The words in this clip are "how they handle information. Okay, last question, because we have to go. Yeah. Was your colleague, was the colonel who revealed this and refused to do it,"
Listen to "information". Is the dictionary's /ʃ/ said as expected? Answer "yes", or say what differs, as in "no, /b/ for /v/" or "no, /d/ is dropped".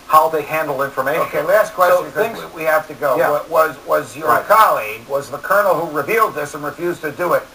no, /ʃ/ is dropped